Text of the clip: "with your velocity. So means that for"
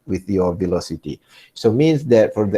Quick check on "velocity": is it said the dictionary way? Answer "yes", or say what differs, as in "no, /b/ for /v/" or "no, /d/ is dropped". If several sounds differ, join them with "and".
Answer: yes